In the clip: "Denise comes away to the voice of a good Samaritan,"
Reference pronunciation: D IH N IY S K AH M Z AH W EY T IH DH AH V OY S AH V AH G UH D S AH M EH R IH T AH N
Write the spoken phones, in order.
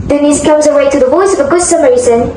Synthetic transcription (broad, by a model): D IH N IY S K AH M Z AH W EY T IH DH AH W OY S AH V AH G UH D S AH M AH R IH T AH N